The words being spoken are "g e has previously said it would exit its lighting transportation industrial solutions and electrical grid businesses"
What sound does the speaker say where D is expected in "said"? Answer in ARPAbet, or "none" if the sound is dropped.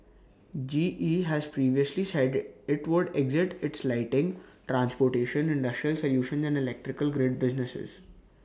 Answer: D